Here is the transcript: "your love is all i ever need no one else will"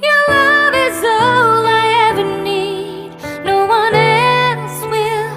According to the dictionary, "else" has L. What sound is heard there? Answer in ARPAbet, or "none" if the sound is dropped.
N